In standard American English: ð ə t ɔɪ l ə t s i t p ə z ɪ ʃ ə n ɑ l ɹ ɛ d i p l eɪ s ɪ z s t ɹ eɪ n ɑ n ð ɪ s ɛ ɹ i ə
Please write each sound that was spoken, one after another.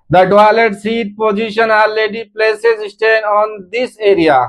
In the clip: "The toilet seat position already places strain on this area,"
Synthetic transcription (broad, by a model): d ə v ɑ l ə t s i t p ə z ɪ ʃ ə n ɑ l ɛ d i p l eɪ s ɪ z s t eɪ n ɑ n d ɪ s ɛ ɹ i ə